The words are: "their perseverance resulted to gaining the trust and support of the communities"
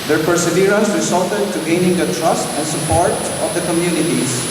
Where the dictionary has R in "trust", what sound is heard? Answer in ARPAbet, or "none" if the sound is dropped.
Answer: R